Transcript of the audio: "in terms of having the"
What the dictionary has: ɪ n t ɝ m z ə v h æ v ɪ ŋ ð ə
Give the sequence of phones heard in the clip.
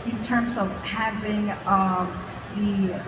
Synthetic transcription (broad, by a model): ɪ n t ɝ m z ə v h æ v ɪ ŋ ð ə